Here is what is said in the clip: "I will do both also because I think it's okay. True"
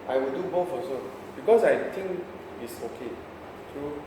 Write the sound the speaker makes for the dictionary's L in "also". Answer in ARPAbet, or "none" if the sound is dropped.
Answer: none